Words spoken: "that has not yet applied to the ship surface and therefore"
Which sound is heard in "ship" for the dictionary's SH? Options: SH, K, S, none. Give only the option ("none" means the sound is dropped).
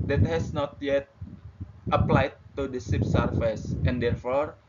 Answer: S